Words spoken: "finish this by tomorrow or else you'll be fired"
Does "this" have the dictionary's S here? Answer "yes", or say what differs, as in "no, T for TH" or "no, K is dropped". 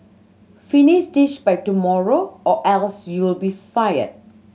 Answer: no, SH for S